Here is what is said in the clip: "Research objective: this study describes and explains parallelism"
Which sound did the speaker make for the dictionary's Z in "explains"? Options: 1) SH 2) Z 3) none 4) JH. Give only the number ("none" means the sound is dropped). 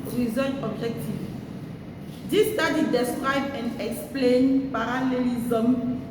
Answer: 3